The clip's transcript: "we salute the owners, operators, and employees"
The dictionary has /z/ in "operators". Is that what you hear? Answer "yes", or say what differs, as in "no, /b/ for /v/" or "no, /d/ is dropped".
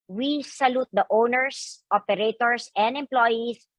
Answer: no, /s/ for /z/